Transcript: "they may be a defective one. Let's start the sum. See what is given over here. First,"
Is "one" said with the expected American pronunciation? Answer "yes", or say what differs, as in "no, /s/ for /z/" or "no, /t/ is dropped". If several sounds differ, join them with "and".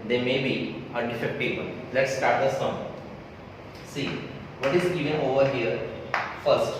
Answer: no, /l/ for /n/